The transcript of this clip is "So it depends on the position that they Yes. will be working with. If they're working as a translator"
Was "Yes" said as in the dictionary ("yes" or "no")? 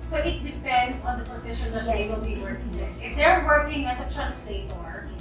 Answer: no